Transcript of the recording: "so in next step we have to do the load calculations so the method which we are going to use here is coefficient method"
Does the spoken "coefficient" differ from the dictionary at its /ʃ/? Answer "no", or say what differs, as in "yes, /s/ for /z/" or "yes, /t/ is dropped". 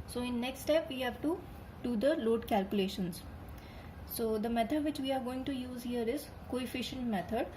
no